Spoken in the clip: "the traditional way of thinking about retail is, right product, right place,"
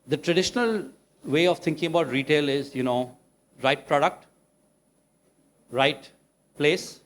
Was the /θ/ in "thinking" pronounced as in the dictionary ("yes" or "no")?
no